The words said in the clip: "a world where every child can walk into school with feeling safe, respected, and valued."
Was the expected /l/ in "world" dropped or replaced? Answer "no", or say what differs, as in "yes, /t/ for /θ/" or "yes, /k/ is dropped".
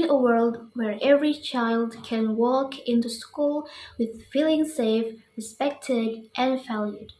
no